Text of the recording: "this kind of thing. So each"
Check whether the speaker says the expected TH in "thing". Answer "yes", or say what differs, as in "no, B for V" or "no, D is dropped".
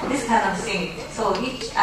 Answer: no, S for TH